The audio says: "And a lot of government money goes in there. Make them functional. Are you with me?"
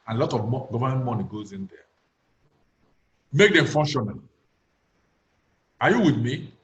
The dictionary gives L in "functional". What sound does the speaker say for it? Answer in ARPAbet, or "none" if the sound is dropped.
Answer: N